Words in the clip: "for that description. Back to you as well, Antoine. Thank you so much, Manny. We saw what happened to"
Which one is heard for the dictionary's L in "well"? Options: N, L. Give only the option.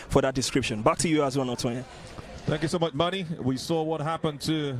N